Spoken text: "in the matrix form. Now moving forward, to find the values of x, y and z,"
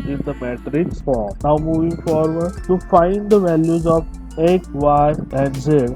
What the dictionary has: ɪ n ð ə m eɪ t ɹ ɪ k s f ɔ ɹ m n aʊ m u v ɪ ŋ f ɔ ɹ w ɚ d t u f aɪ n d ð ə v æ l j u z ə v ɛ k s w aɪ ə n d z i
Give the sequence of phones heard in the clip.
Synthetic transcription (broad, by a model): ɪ n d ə m eɪ t ɹ ɪ k s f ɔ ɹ m n aʊ m u v ɪ ŋ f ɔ ɹ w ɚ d t u f aɪ n d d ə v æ l j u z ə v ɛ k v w aɪ ə n d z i